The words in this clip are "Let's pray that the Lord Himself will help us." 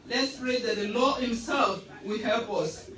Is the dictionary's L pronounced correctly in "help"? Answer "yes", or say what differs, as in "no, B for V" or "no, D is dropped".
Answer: yes